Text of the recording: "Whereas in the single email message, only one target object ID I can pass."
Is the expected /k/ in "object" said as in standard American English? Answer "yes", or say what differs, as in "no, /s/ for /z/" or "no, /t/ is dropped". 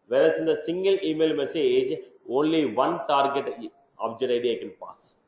no, /k/ is dropped